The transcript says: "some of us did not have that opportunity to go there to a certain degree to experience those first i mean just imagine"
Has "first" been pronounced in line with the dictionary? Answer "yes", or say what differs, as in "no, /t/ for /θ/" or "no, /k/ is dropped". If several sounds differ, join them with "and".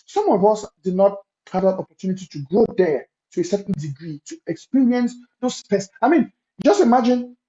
no, /t/ is dropped